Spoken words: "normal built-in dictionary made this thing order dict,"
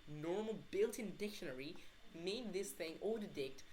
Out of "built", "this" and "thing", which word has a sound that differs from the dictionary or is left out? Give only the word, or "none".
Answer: none